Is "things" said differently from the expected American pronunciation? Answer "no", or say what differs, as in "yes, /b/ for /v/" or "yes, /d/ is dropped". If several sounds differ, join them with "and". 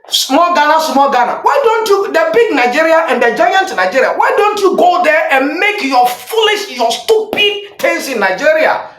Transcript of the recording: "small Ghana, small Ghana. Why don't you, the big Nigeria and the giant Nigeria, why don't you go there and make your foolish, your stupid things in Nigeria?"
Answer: yes, /t/ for /θ/